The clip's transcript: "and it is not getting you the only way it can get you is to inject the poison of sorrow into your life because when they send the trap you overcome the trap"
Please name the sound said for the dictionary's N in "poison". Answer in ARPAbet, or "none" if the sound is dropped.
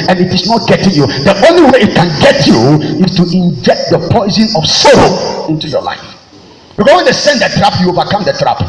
N